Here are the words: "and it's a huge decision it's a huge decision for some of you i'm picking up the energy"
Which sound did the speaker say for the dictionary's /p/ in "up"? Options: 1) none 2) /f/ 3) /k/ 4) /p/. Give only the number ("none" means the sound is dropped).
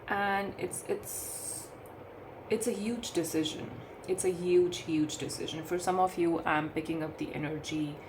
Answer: 4